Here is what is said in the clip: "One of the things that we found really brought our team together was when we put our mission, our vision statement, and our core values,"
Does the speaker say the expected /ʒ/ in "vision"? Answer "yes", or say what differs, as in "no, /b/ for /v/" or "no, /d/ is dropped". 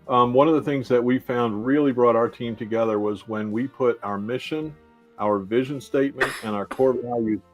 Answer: yes